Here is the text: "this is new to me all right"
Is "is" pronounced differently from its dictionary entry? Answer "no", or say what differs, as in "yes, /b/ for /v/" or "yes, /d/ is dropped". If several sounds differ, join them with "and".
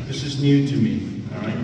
no